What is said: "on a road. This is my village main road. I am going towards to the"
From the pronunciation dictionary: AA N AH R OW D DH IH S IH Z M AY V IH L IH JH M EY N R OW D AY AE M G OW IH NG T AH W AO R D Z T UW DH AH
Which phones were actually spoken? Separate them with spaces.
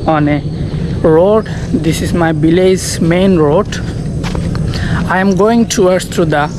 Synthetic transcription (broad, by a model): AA N AH R OW D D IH S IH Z M AY B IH L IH Z M EY N R OW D AY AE M G OW IH NG T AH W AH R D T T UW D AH